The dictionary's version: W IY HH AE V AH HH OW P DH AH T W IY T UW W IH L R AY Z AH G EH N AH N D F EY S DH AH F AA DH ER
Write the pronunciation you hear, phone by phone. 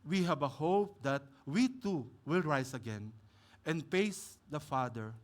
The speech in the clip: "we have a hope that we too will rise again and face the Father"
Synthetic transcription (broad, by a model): W IY HH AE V AH HH OW P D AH T W IY T UW W IH L R AY S AH G EH N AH N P EY S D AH F AA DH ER